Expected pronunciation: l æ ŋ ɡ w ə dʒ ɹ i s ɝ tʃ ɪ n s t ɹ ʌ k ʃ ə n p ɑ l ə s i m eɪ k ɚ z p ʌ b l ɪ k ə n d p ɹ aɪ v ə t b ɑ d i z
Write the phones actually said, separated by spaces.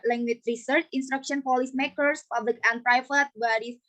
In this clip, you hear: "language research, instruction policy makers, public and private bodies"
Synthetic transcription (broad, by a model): l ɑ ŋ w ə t ɹ i s ɝ tʃ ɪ n s t ɹ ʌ k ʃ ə n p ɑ l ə s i m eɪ k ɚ s p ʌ b l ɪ k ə n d p ɹ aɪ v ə t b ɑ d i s